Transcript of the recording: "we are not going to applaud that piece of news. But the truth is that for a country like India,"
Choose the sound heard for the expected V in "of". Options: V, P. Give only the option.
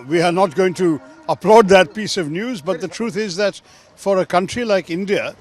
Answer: V